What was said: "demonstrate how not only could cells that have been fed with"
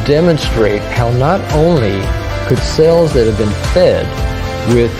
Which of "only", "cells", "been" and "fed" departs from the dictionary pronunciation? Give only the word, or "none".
none